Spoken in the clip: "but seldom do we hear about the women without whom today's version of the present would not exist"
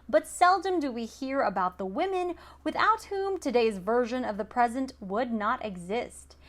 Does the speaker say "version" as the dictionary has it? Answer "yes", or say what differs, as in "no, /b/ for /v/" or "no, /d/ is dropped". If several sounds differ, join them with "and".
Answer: yes